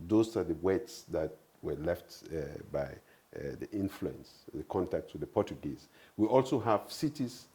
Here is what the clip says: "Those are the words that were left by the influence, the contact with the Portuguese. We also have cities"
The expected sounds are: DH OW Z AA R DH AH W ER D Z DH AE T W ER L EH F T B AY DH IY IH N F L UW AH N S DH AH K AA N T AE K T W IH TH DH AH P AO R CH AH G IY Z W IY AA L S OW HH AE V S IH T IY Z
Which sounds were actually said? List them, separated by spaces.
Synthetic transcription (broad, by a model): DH OW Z AA R DH AH W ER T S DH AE T W ER L EH F T B AY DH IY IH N F L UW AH N S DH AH K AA N T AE K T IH DH AH P AO R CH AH G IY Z W IY AA L S OW HH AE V S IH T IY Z